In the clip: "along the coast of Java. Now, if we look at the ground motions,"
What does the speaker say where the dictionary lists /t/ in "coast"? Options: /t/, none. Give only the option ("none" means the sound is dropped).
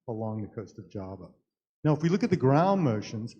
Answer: /t/